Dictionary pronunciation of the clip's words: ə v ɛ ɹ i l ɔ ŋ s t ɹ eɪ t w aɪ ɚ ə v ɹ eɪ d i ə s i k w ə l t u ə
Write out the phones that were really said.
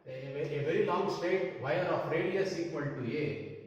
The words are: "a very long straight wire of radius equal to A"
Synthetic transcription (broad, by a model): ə v ɛ ɹ i l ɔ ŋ s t eɪ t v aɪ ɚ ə f ɹ eɪ d i ə s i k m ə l t u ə